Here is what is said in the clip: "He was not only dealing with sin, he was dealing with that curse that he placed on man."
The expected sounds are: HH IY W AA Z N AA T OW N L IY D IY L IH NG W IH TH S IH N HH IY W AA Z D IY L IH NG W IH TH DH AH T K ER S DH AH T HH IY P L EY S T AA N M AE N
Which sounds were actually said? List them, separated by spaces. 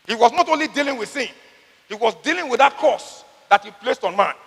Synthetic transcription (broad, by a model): HH IY W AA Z N AA T OW N L IY D IY L IH NG W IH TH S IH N HH IY W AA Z D IY L IH NG W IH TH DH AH T K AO S DH AH T HH IY P L EY S T AA N M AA N